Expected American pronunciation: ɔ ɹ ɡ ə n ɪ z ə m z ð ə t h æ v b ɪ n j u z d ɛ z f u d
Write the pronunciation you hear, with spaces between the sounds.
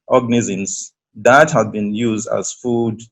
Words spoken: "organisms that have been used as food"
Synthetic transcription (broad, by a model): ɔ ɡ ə n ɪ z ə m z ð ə t h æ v b ɪ n j u z d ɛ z f u d